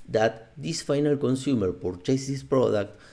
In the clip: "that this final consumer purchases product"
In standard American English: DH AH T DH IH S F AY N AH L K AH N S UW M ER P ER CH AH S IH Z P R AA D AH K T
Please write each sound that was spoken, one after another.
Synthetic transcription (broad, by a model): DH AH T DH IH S F AY N AH L K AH N S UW M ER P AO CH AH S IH S P R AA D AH K T